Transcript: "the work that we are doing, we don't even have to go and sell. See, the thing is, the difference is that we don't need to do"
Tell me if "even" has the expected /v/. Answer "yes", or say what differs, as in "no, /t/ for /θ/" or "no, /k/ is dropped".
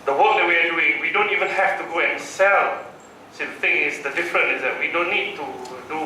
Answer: yes